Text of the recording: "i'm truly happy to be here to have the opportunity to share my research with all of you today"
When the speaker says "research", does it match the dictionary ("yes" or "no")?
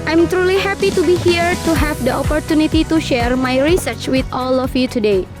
yes